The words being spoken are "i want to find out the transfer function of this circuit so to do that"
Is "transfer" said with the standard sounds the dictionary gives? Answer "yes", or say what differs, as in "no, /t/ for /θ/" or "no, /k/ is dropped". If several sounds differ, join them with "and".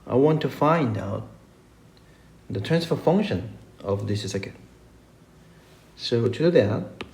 yes